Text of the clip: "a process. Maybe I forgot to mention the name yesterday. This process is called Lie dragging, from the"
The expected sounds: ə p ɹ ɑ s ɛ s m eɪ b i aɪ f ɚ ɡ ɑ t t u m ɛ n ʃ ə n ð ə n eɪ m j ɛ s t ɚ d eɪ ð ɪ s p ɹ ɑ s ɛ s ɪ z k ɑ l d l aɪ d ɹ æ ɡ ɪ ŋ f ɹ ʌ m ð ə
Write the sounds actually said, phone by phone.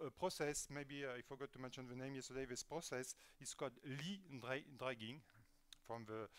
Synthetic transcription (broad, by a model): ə p ɹ ɑ s ɛ s m eɪ b i aɪ f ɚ ɡ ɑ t t u m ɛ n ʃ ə n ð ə n eɪ m j ɛ s t ɚ d eɪ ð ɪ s p ɹ ɑ s ɛ s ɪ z k ɑ l d l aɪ d ɹ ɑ ɡ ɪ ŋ f ɹ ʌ m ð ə